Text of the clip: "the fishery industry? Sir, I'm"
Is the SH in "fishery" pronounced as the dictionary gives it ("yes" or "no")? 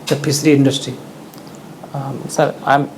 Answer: no